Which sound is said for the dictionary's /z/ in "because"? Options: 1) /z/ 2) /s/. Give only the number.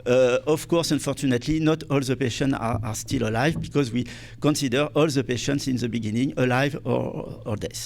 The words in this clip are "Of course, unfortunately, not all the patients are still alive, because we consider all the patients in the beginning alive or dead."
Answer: 1